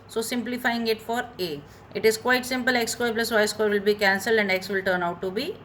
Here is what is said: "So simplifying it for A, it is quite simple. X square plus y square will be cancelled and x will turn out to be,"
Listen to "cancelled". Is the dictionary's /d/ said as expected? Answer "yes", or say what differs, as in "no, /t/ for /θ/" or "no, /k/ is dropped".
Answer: yes